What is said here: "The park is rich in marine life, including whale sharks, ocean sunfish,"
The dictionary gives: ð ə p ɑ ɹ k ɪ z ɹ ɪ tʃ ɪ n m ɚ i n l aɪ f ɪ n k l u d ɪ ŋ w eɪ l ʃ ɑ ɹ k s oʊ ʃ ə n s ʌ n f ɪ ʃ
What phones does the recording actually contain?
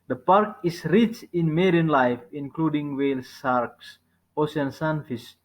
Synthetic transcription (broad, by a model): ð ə p ɑ ɹ k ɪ s ɹ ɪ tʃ ɪ n m ɚ i n l aɪ f ɪ n k l u d ɪ ŋ w eɪ l s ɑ ɹ k s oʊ s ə n s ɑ n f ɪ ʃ